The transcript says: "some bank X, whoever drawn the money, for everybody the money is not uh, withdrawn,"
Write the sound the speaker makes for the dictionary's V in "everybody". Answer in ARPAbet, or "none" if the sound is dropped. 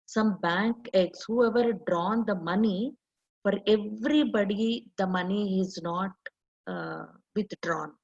V